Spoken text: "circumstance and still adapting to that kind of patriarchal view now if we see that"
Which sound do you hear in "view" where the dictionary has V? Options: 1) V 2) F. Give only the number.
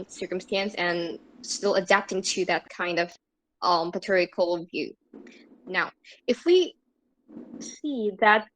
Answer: 1